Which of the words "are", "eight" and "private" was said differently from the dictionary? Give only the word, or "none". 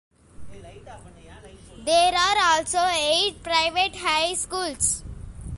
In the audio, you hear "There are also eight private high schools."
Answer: none